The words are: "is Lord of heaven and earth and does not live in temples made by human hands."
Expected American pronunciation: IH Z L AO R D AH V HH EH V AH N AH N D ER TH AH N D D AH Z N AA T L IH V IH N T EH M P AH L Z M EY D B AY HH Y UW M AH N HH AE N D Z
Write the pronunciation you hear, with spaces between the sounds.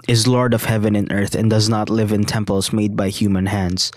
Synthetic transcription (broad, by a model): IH Z L AO R D AH V HH EH V AH N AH N ER TH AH N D D AH Z N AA T L IH V IH N T EH M P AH L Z M EY D B AY HH Y UW M AH N HH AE N D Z